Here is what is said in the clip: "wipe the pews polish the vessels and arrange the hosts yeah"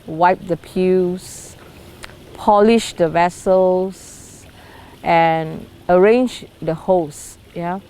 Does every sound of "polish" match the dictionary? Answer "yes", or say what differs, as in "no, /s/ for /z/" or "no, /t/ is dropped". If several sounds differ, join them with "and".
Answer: yes